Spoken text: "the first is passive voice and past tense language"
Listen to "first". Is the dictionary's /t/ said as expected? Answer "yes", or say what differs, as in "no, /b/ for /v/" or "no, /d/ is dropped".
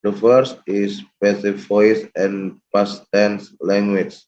yes